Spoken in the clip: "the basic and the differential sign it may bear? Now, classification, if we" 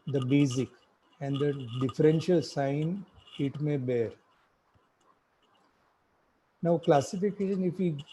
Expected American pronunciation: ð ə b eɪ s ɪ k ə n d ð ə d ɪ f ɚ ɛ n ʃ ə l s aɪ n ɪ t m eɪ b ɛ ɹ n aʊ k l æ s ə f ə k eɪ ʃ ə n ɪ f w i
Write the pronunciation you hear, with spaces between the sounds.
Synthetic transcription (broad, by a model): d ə b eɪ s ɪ k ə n d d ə d ɪ f ɚ ɛ n ʃ ə l s aɪ n ɪ t m eɪ b ɛ ɹ n aʊ k l æ s ə f ə k eɪ ʃ ə n ɪ f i